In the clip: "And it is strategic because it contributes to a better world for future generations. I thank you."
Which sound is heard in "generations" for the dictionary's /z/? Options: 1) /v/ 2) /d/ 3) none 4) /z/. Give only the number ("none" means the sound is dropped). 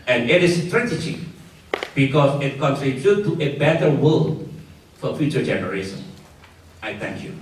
3